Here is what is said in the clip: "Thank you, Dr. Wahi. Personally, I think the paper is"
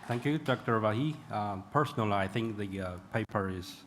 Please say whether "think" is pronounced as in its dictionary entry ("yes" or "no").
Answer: yes